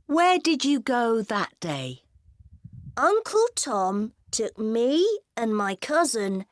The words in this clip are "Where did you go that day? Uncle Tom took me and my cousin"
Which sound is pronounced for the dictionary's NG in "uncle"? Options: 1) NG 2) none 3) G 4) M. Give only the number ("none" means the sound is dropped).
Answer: 1